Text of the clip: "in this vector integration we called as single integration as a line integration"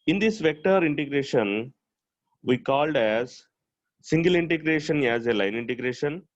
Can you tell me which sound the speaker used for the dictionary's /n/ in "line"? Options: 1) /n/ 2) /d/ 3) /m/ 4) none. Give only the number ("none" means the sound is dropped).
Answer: 1